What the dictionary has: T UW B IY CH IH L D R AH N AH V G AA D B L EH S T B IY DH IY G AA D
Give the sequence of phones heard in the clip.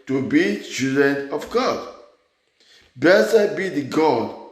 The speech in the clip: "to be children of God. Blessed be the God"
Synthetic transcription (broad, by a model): T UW B IY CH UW D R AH N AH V G AA D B EH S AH B IY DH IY G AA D